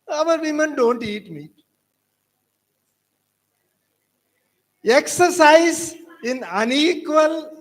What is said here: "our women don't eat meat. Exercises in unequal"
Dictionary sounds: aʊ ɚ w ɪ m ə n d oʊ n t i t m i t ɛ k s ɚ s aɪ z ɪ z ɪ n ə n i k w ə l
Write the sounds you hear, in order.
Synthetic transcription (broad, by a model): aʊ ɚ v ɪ m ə n d oʊ n t i t m i ɛ k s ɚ s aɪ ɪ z ɪ n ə n i k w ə l